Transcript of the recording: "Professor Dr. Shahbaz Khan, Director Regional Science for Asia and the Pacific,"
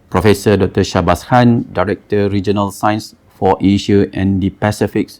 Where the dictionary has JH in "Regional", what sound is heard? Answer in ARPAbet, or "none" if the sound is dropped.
JH